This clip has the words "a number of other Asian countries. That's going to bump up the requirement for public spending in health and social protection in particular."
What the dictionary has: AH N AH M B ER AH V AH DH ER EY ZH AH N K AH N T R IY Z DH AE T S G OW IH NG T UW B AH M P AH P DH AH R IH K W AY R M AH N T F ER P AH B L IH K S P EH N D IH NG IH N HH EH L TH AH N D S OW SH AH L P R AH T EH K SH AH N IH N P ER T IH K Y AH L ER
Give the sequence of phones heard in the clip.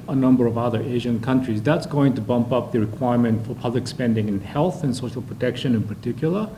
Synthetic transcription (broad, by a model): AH N AH M B ER AH V AH DH ER EY ZH AH N K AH N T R IY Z DH AE T S G OW IH NG T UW B AH M P AH P DH AH R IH K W AY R M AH N T F ER P AH B L IH K S P EH N D IH NG IH N HH EH L TH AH N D S OW SH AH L P R AH T EH K SH AH N IH N P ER T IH K Y L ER